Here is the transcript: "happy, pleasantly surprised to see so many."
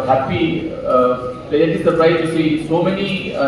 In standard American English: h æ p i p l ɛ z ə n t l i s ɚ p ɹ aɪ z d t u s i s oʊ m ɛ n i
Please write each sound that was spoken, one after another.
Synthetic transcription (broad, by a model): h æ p i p ɛ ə t i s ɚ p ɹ aɪ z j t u s i s oʊ m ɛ n i